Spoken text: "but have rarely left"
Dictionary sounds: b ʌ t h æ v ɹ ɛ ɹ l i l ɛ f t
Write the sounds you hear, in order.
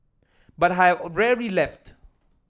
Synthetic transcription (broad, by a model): b ʌ t h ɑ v ɹ ɛ ɹ l i l ɛ f t